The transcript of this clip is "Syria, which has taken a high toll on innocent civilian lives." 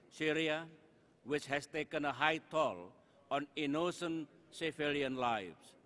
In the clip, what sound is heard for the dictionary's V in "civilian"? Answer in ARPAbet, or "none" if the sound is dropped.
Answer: F